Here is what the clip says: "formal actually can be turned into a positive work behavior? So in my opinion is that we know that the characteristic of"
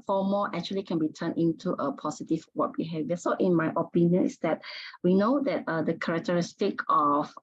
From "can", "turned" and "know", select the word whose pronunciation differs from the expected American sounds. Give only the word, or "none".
turned